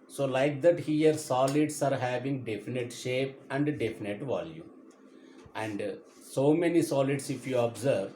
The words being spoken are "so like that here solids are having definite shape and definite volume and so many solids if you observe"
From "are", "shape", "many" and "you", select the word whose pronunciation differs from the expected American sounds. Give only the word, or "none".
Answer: none